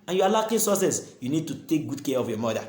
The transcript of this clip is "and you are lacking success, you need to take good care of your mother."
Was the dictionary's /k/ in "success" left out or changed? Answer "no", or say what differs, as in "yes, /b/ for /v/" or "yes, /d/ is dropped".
yes, /k/ is dropped